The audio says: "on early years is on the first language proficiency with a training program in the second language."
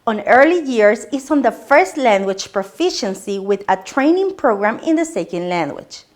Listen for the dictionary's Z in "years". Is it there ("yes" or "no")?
no